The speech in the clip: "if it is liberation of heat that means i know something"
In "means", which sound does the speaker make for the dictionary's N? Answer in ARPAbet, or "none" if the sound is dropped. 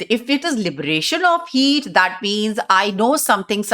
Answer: N